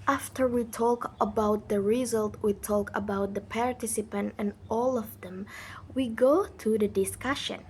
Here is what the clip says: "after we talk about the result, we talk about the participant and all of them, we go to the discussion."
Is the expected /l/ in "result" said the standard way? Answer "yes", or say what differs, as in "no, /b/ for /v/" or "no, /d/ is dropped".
yes